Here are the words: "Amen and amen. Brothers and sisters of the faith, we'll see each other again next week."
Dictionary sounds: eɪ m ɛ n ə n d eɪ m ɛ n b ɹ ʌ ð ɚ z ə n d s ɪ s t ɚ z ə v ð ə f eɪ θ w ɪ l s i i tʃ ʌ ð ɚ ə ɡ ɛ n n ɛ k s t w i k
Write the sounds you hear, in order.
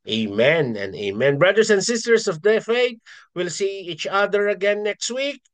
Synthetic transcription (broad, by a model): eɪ m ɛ n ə n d eɪ m ɛ n b ɹ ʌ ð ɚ s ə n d s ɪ s t ɚ s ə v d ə f eɪ t w ɪ l s i i tʃ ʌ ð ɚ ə ɡ ɛ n n ɛ k s t w i k